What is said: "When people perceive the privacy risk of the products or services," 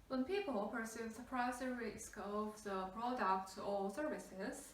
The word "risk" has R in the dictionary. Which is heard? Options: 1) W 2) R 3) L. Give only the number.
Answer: 2